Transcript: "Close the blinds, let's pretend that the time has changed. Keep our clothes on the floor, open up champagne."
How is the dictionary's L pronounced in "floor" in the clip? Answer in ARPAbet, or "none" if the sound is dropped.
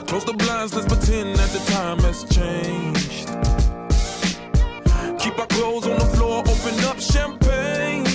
L